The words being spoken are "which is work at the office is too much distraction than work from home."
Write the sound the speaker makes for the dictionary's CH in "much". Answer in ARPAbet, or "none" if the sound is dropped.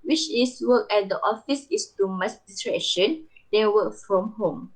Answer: S